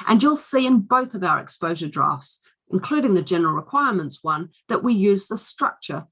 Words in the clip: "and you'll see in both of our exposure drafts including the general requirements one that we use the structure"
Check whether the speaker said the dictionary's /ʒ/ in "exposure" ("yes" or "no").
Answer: yes